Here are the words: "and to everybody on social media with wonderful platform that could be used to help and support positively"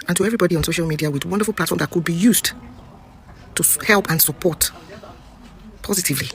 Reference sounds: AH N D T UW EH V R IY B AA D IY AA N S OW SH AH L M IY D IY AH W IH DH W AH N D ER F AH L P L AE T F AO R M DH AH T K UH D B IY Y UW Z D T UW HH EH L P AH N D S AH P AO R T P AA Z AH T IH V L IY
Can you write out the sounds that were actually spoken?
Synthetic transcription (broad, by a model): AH N T UW EH V R IY B AA D IY AA N S OW SH AH L M IY D IY AH W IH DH W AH N D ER F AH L P L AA T F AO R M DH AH T K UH D B IY Y UW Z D T UW HH EH L P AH N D S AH P AO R T P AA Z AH T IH V L IY